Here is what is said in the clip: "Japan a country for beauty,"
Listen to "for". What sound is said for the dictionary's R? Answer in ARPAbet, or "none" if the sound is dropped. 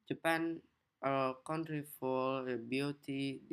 L